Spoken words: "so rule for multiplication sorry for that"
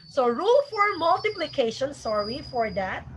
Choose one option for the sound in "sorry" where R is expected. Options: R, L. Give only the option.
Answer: R